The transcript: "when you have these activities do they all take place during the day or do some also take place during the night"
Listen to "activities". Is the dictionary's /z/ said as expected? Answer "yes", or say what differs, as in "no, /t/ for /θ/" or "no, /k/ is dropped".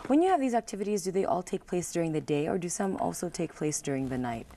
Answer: yes